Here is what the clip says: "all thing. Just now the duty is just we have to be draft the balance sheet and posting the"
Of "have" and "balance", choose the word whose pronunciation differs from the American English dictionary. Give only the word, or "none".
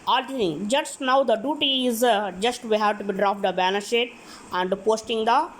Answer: balance